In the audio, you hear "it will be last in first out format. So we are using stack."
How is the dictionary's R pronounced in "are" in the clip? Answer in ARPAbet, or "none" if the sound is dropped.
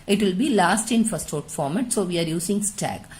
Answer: R